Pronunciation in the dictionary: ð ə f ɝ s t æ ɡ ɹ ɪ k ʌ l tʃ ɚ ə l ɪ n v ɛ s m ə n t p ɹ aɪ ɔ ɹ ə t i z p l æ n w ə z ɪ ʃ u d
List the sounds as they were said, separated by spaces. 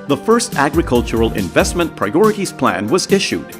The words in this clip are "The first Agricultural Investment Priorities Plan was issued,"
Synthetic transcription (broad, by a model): ð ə f ɝ s t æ ɡ ɹ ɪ k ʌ l tʃ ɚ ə l ɪ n v ɛ s m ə n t p ɹ aɪ ɔ ɹ ə t i z p l æ n w ə z ɪ ʃ u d